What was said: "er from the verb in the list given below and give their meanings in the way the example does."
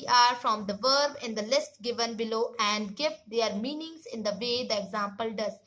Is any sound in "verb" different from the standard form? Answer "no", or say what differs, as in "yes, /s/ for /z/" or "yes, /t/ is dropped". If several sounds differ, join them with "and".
no